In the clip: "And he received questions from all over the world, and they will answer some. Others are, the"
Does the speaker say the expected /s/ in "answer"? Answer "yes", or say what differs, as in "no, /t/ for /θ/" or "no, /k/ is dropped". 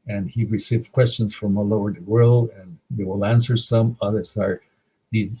yes